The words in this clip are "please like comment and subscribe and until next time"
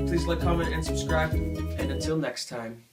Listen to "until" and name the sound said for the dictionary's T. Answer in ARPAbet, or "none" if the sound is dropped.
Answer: T